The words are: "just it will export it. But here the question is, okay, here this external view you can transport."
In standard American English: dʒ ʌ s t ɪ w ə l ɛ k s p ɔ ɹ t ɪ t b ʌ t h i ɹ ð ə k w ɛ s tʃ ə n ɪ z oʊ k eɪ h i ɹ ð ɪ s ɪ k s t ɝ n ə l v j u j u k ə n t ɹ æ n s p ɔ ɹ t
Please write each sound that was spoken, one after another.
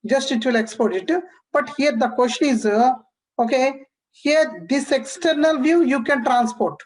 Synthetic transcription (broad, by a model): dʒ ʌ s t ɪ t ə l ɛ k s p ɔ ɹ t ɪ t b ʌ t h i ɹ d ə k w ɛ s ʃ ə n ɪ z oʊ k eɪ h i ɹ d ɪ s ɪ k s t ɝ n ə l v j u j u k ə n t ɹ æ n s p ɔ ɹ t